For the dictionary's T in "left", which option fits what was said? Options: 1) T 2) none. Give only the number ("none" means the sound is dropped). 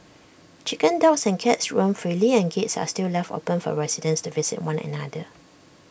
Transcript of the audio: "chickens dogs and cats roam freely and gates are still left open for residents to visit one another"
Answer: 1